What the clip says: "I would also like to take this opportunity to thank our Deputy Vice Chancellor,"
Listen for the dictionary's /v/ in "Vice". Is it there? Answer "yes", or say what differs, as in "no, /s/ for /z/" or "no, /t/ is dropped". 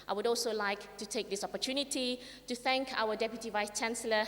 yes